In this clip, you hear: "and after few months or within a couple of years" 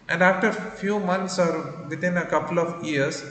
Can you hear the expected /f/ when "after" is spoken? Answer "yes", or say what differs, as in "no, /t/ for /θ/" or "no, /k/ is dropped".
yes